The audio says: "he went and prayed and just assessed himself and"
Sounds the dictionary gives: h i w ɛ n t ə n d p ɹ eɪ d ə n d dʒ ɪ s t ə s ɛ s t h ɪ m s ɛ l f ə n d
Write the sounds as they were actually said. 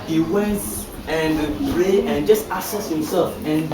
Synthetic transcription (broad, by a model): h i w ɛ n t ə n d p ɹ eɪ ə n dʒ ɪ s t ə s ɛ s h ɪ m s ɛ l f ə n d